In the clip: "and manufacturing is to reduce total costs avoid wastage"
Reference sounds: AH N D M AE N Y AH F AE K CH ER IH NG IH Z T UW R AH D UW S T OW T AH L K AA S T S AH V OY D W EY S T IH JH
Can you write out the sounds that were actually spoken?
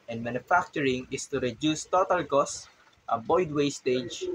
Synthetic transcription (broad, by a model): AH N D M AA N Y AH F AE K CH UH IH NG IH S T UW R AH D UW S T OW T AH L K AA S T AH B OY D W EY S T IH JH